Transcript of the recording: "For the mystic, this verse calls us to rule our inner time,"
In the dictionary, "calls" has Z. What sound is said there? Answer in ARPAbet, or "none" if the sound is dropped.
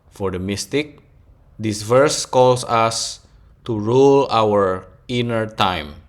S